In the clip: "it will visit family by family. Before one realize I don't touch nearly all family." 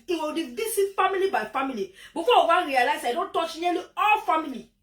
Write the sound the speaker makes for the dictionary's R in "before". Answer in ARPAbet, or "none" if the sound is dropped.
W